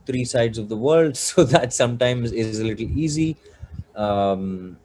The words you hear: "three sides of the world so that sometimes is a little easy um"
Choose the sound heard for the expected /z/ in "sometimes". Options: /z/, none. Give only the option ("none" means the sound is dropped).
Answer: /z/